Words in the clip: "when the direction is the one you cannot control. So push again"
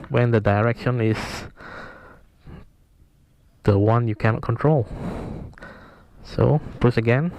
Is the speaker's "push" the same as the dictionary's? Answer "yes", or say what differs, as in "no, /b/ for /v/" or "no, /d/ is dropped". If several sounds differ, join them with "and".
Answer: no, /s/ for /ʃ/